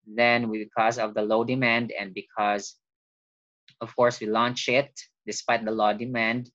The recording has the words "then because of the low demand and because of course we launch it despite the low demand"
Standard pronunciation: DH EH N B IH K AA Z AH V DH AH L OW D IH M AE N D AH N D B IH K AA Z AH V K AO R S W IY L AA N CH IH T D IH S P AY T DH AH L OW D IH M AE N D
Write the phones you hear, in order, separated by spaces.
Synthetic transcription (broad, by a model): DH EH N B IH K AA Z AH V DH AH L OW D IH M AE N D AH N D B IH K AA Z AH V K AO R S W IY L AA N CH IH T D IH S P AY T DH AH L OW D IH M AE N D